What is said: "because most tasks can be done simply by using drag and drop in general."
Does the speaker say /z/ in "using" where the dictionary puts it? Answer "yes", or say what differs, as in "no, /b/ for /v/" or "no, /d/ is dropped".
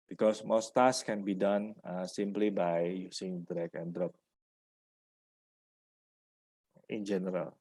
no, /s/ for /z/